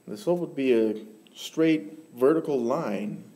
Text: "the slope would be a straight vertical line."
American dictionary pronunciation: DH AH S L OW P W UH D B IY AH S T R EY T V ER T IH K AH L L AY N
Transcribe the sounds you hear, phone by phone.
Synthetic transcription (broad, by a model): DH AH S OW W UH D B IY AH S T R EY T V ER T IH K L L AY N